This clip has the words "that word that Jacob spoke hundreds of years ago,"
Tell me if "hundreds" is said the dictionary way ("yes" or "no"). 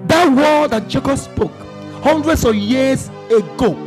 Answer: no